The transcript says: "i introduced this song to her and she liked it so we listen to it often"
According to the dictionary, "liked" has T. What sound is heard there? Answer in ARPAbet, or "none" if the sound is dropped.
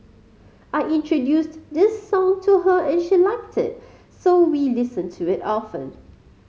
T